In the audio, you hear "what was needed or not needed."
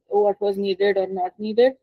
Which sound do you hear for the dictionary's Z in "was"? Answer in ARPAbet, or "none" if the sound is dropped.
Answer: Z